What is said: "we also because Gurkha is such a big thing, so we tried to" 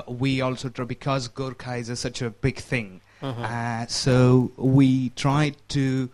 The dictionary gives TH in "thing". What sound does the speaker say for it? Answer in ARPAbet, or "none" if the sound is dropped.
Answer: TH